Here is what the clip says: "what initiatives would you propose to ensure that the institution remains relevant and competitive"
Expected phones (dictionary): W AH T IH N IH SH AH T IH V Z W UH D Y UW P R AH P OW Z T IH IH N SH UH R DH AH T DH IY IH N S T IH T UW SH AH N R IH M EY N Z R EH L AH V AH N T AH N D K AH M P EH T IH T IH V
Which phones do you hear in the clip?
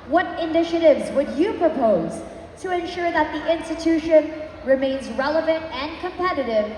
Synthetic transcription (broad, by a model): W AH T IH N IH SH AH T IH V Z W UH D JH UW P R AH P OW Z T IH IH N SH UH R DH AH T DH IY IH N S T IH T UW SH AH N R IH M EY N Z R EH L AH V AH N T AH N K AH M P EH T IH T IH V